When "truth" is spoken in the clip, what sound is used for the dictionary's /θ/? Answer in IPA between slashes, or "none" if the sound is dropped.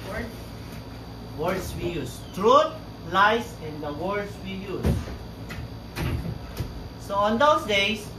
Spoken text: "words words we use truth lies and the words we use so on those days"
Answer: /t/